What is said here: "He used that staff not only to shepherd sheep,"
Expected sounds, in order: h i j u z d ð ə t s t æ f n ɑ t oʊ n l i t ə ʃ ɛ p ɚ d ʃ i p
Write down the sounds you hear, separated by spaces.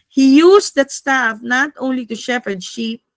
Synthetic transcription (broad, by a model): h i j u s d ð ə t s t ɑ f n ɑ t oʊ n l i t ə ʃ ɛ p ɚ d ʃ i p